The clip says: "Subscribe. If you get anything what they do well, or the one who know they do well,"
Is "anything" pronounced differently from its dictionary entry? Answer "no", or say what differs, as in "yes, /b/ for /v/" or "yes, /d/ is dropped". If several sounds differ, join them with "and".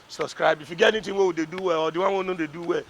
yes, /t/ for /θ/